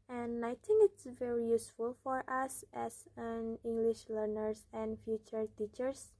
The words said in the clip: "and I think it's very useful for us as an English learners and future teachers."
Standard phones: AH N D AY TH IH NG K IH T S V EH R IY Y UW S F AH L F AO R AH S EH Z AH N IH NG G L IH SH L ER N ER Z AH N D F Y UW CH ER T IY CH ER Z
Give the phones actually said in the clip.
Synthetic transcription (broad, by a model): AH N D AY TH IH NG K IH T S V EH R IY Y UW S F AH L F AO R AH S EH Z AH N IH NG G L IH SH L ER N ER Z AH N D F Y UW CH ER T IY CH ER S